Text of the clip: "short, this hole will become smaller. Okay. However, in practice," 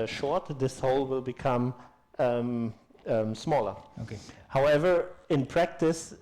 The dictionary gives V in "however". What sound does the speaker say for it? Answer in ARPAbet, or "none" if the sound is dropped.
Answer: V